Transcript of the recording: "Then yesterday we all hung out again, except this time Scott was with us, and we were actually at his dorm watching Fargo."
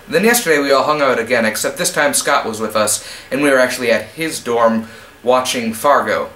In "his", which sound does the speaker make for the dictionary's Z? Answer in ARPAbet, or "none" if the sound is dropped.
Z